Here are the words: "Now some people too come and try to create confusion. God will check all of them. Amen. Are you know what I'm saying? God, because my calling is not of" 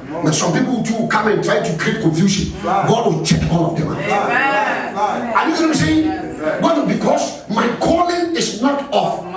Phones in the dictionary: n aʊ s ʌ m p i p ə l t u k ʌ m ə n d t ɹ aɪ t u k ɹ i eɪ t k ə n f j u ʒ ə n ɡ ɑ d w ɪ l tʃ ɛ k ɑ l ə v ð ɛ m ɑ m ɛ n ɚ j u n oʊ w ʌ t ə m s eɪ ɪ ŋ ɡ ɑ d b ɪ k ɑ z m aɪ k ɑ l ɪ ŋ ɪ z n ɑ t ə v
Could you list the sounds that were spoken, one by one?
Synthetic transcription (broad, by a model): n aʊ s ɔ m p i p ə l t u k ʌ m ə n t ɹ aɪ t u k ɹ i eɪ t k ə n f j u ʃ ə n ɡ ɑ d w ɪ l tʃ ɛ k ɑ n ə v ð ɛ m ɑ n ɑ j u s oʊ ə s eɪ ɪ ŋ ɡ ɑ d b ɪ k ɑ s m aɪ k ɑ l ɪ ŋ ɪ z n ɑ t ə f